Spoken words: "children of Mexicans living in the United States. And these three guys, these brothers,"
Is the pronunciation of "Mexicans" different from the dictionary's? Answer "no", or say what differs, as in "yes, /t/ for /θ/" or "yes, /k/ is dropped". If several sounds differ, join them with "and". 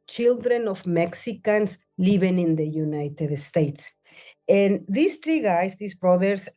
yes, /s/ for /z/